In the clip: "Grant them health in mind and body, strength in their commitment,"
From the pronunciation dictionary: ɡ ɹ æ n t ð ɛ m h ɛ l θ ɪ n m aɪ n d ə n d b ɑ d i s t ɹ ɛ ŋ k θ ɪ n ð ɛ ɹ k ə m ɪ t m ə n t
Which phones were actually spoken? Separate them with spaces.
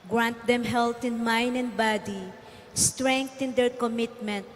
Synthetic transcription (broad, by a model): ɡ ɹ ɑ n t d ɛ m h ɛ l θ ɪ n m aɪ n d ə n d b ɑ d i s t ɹ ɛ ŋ k t ɪ n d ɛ ɹ k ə m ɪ t m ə n t